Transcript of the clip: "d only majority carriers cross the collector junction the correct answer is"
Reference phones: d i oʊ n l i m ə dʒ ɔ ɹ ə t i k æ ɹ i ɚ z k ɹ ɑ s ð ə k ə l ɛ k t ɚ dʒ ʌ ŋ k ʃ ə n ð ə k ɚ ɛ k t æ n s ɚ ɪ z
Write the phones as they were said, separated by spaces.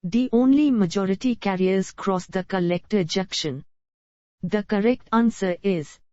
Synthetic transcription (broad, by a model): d i oʊ n l i m ə dʒ ɔ ɹ ə t i k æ ɹ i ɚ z k ɹ ɑ s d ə k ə l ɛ k t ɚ dʒ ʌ k ʃ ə n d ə k ɚ ɛ k t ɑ n s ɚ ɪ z